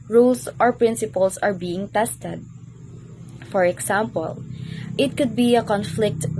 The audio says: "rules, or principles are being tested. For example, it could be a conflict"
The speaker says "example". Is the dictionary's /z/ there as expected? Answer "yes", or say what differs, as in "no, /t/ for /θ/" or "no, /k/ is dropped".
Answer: no, /s/ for /z/